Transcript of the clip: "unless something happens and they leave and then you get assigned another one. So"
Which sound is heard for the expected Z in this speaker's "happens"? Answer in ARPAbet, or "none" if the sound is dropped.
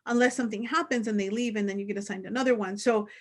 Z